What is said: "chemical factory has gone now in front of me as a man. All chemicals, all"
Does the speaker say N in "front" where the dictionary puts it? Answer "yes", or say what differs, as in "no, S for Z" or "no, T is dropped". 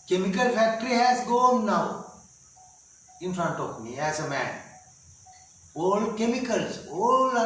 yes